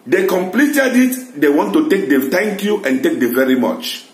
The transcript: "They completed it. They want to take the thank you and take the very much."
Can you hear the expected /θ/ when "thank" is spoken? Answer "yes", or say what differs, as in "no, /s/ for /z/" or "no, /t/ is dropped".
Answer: no, /t/ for /θ/